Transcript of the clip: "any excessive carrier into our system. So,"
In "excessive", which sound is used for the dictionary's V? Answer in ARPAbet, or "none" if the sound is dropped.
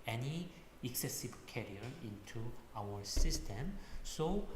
B